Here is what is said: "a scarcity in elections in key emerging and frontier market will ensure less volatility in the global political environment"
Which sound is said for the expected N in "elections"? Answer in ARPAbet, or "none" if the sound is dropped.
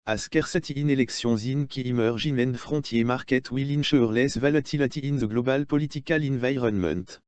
none